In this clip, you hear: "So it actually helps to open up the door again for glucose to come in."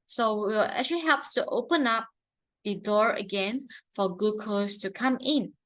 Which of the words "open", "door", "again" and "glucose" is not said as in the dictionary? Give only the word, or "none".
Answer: glucose